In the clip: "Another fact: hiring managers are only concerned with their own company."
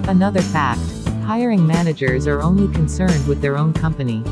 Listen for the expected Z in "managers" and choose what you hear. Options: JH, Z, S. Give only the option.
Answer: Z